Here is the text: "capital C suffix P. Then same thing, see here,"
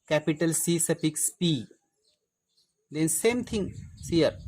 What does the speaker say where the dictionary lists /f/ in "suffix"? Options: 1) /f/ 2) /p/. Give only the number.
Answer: 2